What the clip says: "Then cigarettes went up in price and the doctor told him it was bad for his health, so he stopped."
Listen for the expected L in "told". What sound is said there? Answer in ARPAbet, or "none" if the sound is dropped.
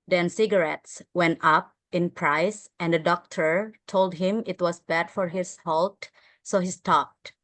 L